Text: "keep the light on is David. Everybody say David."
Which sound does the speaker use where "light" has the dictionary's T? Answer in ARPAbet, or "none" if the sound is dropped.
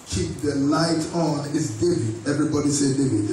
T